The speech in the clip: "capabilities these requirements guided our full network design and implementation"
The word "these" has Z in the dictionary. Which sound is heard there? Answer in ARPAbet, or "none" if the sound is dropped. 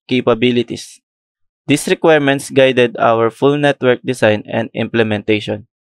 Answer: S